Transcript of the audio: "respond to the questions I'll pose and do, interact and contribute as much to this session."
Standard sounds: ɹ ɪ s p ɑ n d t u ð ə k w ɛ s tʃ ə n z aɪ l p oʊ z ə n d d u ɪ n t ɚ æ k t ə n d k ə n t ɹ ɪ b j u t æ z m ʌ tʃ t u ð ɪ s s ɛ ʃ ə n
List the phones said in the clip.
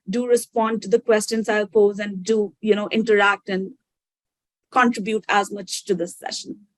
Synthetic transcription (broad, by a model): ɹ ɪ s p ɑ n d t u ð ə k w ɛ s tʃ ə n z aɪ l p oʊ z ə n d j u ɪ n t ɚ æ k t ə n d k ə n t ɹ ɪ b j u t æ z m ʌ tʃ t u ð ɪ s s ɛ ʃ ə n